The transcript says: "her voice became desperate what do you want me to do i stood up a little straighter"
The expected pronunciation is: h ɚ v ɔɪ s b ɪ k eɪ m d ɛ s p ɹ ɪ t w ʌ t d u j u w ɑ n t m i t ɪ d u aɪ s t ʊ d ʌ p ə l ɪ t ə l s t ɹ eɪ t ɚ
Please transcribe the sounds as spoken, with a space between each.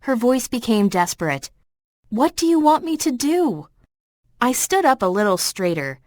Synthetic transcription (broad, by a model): h ɚ v ɔɪ s b ɪ k eɪ m d ɛ s p ɹ ɪ t w ʌ t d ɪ j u w ɑ n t m i t ɪ d u aɪ s t ʊ d ʌ p ə l ɪ t l s t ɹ eɪ t ɚ